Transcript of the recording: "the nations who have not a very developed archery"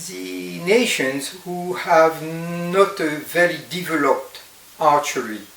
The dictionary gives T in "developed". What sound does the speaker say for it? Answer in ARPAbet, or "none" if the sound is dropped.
T